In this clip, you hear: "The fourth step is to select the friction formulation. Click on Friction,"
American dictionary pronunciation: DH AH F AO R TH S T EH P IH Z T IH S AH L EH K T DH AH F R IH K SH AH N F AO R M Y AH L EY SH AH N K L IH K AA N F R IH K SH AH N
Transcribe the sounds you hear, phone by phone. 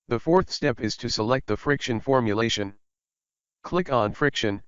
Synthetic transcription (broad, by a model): DH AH F AO R TH S T EH P IH Z T IH S AH L EH K T DH AH F R IH K SH AH N F AO R M Y AH L EY SH AH N K L IH K N F R IH K SH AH N